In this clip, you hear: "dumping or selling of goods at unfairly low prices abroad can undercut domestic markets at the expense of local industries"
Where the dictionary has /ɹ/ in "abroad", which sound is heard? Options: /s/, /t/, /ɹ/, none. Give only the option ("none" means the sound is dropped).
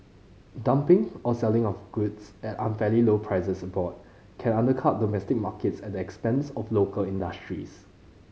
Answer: none